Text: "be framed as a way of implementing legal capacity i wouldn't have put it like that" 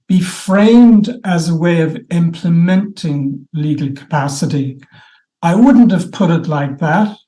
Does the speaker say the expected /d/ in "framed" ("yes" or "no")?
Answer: yes